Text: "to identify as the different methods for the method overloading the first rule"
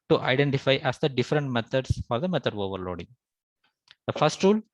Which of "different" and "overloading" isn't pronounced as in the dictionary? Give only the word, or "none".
none